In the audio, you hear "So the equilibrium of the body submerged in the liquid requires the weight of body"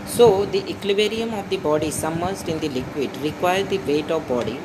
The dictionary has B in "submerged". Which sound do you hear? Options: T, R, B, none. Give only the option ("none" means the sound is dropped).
none